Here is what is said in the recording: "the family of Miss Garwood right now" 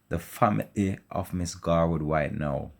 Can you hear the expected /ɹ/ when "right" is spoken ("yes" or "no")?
no